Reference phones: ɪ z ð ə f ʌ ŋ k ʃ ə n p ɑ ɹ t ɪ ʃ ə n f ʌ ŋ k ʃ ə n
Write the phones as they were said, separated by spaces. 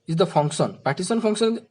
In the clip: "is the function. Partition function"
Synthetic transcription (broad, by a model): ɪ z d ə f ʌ ŋ k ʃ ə n p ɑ t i s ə n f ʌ ŋ k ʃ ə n